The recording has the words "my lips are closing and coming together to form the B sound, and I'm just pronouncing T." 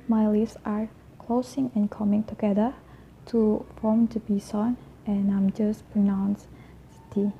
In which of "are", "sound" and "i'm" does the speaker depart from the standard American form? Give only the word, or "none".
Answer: sound